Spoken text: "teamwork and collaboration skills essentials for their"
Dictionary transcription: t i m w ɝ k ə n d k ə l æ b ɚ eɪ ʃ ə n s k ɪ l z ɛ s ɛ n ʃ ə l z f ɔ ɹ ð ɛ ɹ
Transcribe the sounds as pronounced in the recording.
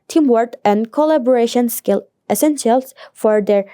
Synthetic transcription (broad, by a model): t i m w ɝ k ə n d k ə l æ b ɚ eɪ ʃ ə n s k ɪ l ɛ s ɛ n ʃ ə l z f ɔ ɹ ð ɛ ɹ